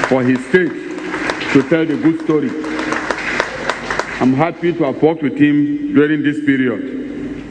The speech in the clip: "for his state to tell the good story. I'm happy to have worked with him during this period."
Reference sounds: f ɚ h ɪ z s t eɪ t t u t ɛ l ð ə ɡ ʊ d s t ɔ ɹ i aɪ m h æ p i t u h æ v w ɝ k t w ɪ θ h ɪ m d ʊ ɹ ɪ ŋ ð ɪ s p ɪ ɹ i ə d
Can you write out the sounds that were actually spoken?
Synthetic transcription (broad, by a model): f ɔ h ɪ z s t eɪ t t u t ɛ l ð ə ɡ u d s t ɔ ɹ i aɪ m h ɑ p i t u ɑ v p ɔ t w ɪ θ h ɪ m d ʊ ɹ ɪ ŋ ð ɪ s p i ɹ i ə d